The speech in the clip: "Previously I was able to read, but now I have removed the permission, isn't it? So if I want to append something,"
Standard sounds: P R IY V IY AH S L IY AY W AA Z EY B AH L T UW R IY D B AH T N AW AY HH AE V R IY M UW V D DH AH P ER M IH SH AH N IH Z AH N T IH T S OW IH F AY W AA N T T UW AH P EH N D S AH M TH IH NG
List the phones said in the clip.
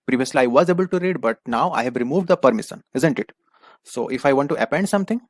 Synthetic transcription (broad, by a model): P R IY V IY AH S L IY AY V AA Z EY B AH L T UW R IY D B AH T N AW AY HH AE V R IY M UW V D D AH P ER M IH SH AH N IH Z AH N T IH T S OW IH F AY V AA N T T UW AH P EH N D S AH M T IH NG